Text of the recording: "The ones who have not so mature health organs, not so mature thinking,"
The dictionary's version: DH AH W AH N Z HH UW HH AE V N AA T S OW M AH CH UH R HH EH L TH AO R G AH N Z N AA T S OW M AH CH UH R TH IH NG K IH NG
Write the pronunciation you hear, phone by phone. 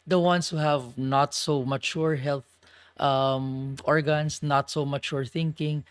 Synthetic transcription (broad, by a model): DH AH W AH N S HH UW HH AE V N AA T S OW M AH CH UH R HH EH L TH AO R G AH N S N AA T S OW M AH CH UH R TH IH NG K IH NG